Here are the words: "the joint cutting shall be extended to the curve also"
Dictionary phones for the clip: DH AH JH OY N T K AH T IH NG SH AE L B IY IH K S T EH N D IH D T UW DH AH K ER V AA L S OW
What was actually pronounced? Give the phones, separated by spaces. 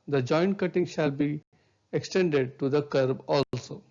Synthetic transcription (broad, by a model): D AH JH OY N T K AH T IH NG SH AE L B IY IH K S T EH N D IH D T UW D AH K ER B AA L S OW